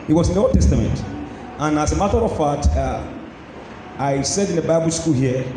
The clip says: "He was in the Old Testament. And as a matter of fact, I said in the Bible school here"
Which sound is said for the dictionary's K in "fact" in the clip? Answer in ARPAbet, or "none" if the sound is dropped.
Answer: none